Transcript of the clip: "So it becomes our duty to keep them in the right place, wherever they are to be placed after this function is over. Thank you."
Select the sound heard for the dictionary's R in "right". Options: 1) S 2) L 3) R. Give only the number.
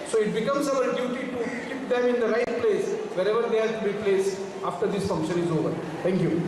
3